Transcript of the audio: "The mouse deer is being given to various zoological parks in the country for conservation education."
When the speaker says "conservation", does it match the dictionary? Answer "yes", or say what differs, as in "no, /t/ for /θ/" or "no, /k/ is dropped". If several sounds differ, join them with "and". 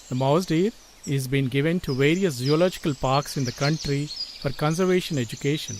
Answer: yes